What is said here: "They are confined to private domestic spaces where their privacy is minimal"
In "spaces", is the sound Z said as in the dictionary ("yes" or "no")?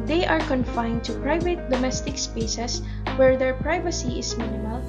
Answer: no